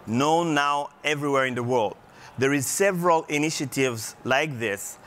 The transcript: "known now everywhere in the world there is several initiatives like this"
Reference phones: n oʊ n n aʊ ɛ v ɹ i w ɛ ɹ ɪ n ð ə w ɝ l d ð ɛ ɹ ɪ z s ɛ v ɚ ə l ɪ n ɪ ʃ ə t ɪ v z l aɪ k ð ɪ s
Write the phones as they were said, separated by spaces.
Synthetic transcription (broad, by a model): n oʊ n n aʊ ɛ v ɹ i w ɛ ɹ ɪ n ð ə w ɝ l d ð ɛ ɹ ɪ z s ɛ v ɚ ə l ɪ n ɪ ʃ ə t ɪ v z l aɪ k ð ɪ s